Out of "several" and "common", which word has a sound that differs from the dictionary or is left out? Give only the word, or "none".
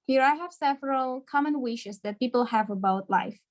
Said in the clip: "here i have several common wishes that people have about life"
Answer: none